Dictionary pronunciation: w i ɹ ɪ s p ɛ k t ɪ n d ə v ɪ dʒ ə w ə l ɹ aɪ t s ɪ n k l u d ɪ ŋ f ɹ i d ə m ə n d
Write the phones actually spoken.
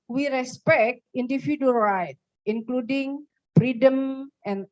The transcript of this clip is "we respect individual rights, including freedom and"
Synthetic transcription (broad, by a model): w i ɹ ɪ s p ɛ k t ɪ n d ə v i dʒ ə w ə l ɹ aɪ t ɪ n k l u d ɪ ŋ f ɹ i d ə m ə n